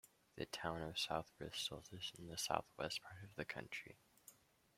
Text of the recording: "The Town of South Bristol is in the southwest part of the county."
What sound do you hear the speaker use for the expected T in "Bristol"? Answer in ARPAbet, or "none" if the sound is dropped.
S